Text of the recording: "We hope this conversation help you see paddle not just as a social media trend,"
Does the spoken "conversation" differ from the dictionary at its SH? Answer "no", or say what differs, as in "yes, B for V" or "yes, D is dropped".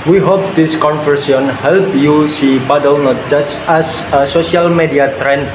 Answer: yes, SH is dropped